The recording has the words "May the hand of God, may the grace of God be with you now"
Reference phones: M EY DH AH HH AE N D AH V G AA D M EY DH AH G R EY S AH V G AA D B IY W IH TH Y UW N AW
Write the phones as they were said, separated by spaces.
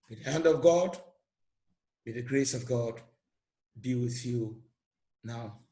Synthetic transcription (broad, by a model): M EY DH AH HH AE N D AH V G AA D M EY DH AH G R EY S AH V G AA D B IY W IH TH Y UW N AW